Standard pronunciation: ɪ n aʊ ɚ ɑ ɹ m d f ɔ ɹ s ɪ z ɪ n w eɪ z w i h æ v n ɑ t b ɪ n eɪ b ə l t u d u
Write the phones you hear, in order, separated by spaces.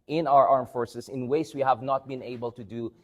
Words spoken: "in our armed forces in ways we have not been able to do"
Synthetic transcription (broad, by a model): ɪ n aʊ ɚ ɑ ɹ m f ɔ ɹ s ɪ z ɪ n w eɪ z w i h æ v n ɑ t b ɪ n eɪ b ə l t u d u